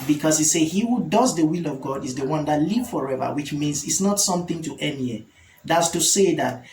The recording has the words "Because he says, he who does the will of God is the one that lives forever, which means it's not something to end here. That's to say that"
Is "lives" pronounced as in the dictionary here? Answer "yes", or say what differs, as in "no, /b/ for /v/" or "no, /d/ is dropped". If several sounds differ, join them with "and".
no, /z/ is dropped